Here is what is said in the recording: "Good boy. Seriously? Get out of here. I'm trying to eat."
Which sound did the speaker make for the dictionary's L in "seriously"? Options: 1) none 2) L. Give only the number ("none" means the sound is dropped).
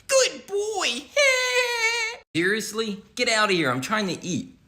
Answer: 2